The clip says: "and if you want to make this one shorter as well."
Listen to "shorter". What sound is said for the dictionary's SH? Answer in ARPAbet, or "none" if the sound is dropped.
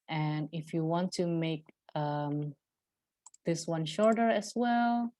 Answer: SH